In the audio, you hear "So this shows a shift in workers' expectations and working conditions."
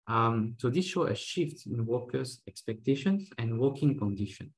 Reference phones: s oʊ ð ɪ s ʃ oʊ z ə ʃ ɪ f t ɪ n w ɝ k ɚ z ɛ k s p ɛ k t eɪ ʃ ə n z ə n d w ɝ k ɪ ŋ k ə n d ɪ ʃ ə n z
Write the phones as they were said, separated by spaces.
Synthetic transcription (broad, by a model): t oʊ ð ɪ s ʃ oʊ ə ʃ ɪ f t ɪ n w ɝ k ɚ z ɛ k s p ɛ k t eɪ ʃ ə n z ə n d w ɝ k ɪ ŋ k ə n d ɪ ʃ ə n